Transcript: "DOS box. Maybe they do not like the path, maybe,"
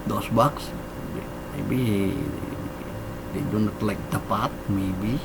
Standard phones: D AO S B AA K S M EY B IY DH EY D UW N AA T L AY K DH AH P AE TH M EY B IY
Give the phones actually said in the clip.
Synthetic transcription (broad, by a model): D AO S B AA K S M EY B IY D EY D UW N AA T L AY K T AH P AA T M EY B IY